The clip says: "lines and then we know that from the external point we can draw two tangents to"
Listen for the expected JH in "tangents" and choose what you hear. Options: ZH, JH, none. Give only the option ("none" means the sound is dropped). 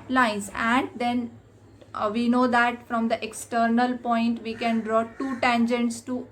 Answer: JH